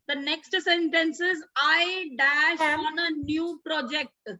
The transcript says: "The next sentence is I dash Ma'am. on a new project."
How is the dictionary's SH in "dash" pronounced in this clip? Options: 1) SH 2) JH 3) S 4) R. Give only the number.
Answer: 1